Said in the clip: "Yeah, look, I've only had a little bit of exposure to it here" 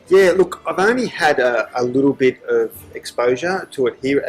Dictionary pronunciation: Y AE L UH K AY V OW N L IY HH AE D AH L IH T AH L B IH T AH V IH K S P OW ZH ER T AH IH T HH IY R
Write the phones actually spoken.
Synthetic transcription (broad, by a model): Y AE L UH K AY V OW N L IY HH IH D AH L IH T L B IH T AH V IH K S P OW ZH ER T AH IH T HH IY R